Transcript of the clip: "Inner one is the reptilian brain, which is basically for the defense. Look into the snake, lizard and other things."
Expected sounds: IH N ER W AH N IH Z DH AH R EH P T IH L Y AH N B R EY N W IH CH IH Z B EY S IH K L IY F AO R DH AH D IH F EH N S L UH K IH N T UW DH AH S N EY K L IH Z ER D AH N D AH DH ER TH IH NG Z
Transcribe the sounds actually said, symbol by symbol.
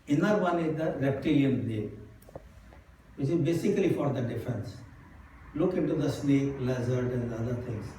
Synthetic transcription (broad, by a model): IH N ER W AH N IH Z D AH R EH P T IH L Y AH N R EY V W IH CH IH Z B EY S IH K L IY F AO R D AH D IH F EH N S L UH K IH N T UW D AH S N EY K L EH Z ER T AH N D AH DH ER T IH NG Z